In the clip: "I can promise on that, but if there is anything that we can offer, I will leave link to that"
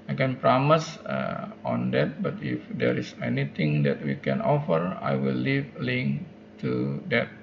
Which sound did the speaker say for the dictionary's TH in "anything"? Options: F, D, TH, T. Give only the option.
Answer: T